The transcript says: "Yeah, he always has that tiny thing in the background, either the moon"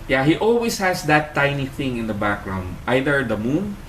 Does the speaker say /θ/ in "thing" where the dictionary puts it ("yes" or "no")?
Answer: yes